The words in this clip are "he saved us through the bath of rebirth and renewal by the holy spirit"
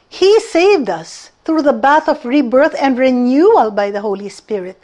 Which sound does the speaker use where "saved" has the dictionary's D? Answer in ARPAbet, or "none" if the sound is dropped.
D